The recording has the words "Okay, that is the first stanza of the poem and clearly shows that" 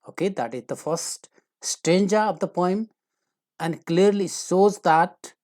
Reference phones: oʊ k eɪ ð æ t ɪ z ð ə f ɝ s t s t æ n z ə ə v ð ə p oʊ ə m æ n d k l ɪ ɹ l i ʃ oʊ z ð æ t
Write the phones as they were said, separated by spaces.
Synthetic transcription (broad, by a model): oʊ k eɪ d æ t ɪ z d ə f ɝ s t s t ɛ n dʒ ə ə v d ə p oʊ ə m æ n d k l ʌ ɹ l i s oʊ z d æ t